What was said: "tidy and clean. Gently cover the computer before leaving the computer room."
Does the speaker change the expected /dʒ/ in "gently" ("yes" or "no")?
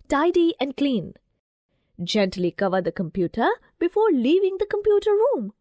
no